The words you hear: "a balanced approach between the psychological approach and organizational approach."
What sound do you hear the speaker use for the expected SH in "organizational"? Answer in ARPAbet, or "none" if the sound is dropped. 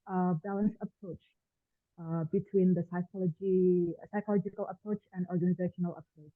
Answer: SH